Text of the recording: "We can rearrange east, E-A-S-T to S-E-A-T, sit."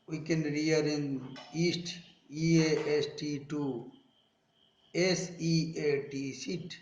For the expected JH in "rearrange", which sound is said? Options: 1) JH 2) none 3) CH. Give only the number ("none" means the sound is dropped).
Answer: 2